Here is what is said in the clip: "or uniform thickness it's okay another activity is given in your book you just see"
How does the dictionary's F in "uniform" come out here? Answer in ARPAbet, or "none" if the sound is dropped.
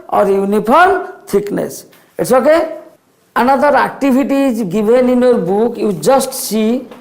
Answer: P